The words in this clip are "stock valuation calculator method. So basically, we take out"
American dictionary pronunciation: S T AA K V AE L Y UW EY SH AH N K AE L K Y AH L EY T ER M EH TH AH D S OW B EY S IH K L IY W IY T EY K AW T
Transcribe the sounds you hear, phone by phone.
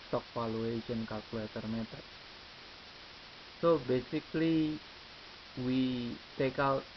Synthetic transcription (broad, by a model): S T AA K F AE L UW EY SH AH N K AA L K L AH EY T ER M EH T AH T S OW B EY S IH K L IY W IY T EY K AW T